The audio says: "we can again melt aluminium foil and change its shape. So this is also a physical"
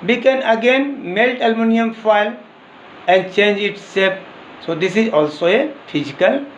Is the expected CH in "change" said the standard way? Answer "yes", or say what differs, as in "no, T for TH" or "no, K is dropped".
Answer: yes